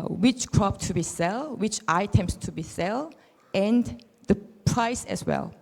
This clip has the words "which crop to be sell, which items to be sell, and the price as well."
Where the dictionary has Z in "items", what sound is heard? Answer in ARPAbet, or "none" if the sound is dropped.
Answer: S